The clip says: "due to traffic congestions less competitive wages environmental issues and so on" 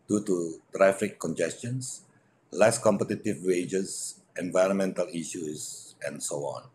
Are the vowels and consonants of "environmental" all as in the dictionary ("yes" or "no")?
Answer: yes